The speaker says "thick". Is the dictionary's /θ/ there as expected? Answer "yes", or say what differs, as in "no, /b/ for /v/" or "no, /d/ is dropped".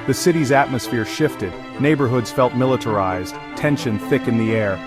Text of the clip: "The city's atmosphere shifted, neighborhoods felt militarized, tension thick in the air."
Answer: yes